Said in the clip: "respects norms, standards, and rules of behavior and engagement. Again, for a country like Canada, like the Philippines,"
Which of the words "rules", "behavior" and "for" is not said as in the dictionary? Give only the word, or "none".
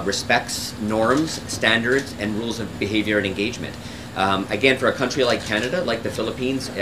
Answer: none